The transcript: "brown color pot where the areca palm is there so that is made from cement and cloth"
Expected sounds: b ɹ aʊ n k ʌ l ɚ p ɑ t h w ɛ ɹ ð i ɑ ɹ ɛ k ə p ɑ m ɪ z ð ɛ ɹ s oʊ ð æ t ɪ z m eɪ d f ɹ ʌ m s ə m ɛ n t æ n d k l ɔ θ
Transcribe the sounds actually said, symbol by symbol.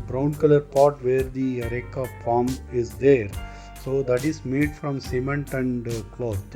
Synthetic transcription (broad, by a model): b ɹ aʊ n k ʌ l ɚ p ɑ t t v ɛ ɹ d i ɹ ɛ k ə f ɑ m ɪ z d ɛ ɹ s oʊ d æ t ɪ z m eɪ d f ɹ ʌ m s ə m ɛ n t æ n d k l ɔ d